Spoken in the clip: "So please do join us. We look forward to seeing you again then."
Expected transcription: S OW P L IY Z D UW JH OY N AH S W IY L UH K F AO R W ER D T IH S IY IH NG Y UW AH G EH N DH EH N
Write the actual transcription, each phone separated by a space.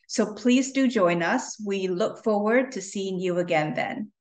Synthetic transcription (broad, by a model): S OW P L IY Z D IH JH OY N AH S W IY L UH K F AO R W ER D T IH S IY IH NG Y UW AH G EH N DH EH N